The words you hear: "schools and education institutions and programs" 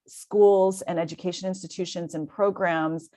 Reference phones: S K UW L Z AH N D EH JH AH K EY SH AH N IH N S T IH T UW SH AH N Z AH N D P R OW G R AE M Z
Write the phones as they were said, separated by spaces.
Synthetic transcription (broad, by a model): S K UW L Z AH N EH JH AH K EY SH AH N IH N S T IH T UW SH AH N Z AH N P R OW G R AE M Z